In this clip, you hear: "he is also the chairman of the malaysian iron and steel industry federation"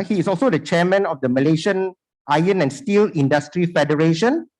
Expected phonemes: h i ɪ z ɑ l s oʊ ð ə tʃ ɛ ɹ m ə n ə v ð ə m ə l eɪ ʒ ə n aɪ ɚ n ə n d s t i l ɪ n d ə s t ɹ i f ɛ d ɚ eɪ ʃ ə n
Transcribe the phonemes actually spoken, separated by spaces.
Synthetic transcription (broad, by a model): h i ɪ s ɑ l s oʊ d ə tʃ ɛ m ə n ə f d ə m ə l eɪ ʃ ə n aɪ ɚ n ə n s t i l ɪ n d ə s t ɹ i f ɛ d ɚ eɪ ʃ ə n